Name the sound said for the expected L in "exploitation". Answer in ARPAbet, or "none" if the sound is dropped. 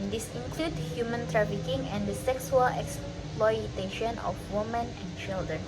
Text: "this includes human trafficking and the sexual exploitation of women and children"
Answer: L